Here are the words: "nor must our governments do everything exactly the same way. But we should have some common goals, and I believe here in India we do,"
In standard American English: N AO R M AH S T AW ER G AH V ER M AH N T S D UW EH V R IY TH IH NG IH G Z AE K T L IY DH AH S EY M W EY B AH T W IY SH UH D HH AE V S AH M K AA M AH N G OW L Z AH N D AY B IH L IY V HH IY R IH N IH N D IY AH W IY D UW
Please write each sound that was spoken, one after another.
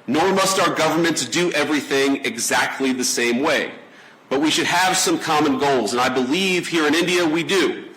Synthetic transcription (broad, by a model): N AO R M AH S T AW ER G AH V ER M AH N T S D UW EH V R IY TH IH NG IH G Z AE K T L IY DH AH S EY M W EY B AH T W IY SH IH D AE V S AH M K AA M AH N G OW L Z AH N AY B IH L IY V HH IY R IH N IH N D IY AH W IY D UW